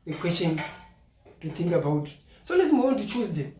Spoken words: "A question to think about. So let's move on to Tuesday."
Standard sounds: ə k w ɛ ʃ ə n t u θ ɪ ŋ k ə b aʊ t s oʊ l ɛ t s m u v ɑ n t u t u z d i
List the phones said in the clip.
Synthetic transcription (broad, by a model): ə k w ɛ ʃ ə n t u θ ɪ ŋ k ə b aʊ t s oʊ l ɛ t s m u w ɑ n t u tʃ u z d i